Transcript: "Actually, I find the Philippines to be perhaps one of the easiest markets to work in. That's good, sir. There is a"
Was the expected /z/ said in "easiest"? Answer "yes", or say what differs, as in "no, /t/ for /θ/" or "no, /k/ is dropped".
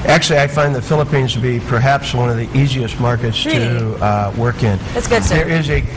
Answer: yes